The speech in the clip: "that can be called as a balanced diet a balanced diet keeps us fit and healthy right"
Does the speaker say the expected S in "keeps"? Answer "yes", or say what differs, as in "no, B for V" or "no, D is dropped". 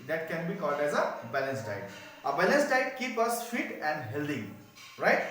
no, S is dropped